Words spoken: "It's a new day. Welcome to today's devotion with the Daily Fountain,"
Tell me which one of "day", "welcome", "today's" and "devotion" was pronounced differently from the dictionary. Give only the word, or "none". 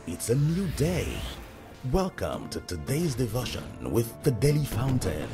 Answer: none